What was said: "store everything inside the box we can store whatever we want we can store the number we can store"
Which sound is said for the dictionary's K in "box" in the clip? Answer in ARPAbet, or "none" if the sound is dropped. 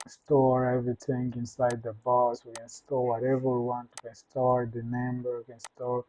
none